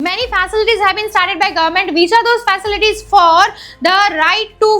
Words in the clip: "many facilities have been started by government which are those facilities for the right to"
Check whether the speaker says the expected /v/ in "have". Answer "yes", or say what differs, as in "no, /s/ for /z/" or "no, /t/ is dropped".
yes